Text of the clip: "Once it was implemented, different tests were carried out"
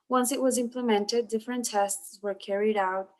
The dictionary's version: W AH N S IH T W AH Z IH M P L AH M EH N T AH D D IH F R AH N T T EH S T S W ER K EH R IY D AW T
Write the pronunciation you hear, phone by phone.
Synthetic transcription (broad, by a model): W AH N S IH T W AH Z IH M P L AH M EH N T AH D D IH F R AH N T T EH S T S W ER K EH R IY D AW T